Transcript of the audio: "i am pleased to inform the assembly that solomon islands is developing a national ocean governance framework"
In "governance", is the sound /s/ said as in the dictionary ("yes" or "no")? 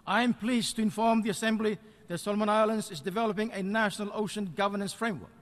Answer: yes